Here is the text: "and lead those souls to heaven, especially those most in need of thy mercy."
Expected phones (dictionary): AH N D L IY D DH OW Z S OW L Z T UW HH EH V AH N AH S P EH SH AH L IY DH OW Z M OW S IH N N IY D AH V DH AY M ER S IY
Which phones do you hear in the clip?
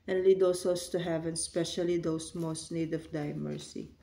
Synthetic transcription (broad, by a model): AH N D L IY D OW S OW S T UW HH EH V AH N S P EH SH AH L IY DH OW S M OW S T N IY D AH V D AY M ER S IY